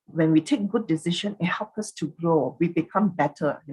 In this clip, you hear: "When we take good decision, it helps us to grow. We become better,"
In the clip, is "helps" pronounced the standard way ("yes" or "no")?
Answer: no